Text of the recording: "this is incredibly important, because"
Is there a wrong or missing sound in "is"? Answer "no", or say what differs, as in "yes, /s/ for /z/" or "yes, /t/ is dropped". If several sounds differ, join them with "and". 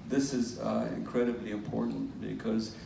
no